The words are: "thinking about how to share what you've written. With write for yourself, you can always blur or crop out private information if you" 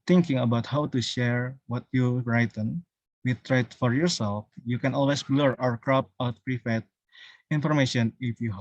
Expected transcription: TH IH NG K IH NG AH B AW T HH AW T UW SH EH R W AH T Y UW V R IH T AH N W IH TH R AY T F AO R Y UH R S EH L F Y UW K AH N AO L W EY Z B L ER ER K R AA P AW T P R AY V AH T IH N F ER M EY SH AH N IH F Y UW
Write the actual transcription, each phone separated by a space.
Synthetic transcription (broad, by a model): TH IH NG K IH NG AH B AW T HH AW T UW SH EH R W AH T Y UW R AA T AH N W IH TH R AY T F AO R Y UH R S EH L F Y UW K AH N AO L W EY S B L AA ER K R AA P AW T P R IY F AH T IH N F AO M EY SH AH N IH F Y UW